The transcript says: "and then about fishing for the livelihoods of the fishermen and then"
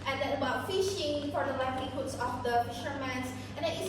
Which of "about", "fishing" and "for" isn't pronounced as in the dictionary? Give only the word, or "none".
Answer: none